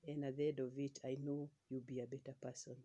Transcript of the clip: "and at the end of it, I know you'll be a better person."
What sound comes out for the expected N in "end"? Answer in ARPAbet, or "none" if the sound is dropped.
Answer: none